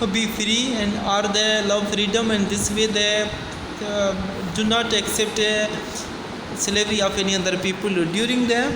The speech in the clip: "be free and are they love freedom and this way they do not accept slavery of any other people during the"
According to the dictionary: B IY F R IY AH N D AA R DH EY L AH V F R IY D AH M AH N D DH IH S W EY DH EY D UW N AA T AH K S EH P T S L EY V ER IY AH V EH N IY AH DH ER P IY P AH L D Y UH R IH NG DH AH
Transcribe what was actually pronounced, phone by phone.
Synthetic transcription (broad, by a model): B IY F R IY AH N D AA R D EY L AH V F R IY D AH M AH N D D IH S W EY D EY D UW N AA T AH K S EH P T S L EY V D IY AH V EH N IY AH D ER P IY P AH L D Y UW R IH NG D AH